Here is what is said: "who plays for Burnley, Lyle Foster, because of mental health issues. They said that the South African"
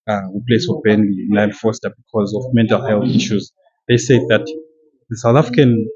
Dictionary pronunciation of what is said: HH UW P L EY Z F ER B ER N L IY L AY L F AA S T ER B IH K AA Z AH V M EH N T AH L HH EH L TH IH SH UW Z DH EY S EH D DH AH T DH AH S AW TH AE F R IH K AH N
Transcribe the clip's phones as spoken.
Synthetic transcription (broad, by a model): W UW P L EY S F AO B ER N N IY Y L F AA S T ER B IH K AA Z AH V M EH N T AH L HH EH L TH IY SH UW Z DH EY S EH D DH AH T DH AH S AW TH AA F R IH K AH N